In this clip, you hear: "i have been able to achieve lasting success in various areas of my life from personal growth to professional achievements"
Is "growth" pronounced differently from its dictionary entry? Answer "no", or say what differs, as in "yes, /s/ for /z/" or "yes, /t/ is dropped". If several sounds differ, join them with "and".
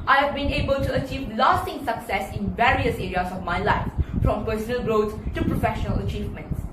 yes, /t/ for /θ/